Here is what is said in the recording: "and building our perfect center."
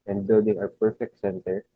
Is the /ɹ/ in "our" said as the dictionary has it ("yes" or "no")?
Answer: no